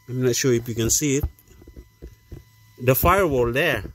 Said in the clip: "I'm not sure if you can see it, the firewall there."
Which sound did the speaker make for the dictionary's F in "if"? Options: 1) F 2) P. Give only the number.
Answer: 2